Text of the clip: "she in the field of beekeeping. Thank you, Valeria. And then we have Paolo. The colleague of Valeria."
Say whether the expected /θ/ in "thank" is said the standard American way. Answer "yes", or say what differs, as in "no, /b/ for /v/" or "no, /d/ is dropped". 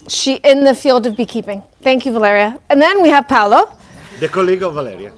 yes